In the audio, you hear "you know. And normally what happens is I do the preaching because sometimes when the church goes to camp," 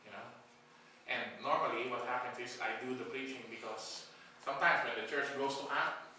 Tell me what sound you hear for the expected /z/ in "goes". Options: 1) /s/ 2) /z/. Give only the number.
1